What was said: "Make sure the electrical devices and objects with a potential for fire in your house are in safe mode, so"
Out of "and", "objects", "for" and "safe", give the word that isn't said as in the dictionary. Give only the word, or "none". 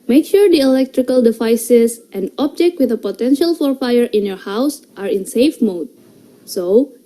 objects